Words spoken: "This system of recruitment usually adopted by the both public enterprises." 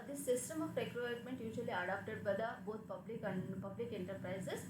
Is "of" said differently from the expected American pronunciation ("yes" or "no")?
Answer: yes